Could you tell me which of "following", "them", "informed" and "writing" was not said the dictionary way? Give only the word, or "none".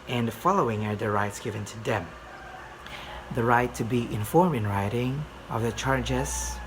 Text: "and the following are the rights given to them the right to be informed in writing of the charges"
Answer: informed